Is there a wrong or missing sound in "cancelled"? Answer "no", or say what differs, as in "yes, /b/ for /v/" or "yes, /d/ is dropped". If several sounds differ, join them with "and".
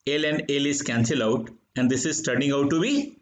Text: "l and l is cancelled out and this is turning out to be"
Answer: yes, /d/ is dropped